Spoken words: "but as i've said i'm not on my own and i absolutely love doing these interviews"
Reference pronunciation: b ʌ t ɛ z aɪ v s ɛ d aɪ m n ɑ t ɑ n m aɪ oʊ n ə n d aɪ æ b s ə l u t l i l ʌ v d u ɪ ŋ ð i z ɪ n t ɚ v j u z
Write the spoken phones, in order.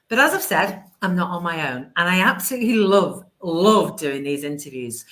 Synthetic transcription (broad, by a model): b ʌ t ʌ z aɪ v s ɛ d aɪ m n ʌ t n m aɪ oʊ n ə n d aɪ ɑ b s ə l u t l i l ʌ v d u ɪ ŋ ð i z ɪ n t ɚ v j u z